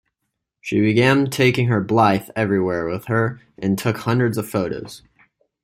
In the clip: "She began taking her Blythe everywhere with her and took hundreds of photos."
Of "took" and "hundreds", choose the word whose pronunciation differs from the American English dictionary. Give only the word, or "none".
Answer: none